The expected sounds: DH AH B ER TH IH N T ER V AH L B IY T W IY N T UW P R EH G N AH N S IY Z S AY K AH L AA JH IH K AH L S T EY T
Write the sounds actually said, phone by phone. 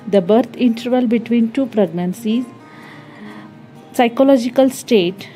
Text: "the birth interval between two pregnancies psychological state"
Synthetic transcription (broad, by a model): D AH B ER T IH N T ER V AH L B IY T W IY N T UW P R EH G N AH N S IY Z S AY K AH L AA JH IH K AH L S T EY T